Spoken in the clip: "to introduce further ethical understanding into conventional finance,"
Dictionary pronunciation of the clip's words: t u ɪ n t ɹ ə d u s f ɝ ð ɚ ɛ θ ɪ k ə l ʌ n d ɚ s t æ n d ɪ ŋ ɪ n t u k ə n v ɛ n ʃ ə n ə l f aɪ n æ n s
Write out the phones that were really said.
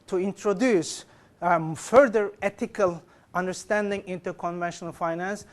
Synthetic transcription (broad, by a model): t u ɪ n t ɹ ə d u s f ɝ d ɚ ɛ t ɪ k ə l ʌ n d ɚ s t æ n d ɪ ŋ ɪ n t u k ə n v ɛ n ʃ ə n ə l f aɪ n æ n s